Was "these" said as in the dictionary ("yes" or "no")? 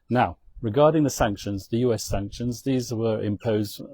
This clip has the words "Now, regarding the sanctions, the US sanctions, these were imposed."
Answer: yes